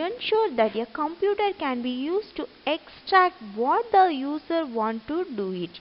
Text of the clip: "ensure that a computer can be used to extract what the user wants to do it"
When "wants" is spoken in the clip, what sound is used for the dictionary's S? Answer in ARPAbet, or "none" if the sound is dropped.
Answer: none